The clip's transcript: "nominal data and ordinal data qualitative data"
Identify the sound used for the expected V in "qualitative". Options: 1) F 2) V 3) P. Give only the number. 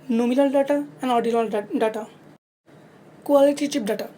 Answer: 3